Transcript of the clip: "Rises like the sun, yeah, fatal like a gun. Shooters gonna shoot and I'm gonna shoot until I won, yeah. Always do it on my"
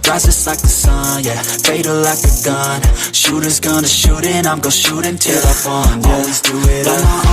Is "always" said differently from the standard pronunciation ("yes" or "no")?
no